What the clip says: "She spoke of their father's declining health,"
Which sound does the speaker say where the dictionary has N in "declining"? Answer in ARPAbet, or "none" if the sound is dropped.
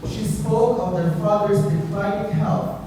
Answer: none